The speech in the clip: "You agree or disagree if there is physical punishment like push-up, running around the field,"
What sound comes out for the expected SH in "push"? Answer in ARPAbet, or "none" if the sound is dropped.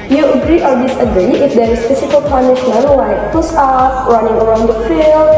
S